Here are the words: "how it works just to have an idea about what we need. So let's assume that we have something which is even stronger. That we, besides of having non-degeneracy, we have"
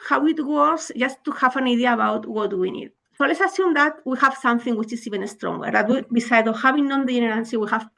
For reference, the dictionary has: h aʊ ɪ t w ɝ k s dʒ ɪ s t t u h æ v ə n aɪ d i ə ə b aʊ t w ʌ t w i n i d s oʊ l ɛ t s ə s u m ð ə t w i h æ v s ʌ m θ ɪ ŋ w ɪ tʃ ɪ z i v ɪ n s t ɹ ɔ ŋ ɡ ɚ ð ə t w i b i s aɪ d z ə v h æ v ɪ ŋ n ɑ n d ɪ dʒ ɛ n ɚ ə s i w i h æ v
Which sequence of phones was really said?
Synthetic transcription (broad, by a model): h aʊ ɪ t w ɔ s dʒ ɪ s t t u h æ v ə n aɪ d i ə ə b aʊ t w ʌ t w i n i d s oʊ l ɛ t s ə s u m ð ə t w i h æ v s ʌ m θ ɪ ŋ w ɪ tʃ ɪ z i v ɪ n s t ɹ ɔ ŋ ɡ ɚ ð ə t w i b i s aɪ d ə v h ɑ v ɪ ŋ n ɑ n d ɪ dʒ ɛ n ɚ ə s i w i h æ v